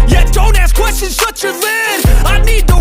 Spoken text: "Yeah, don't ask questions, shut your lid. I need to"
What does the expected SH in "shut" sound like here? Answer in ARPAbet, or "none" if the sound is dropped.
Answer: S